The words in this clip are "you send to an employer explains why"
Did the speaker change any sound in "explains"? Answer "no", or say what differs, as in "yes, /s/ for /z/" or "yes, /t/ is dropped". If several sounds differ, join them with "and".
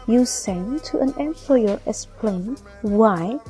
yes, /z/ is dropped